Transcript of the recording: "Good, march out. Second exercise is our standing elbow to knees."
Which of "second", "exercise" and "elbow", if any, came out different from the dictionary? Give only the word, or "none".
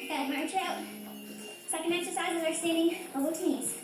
elbow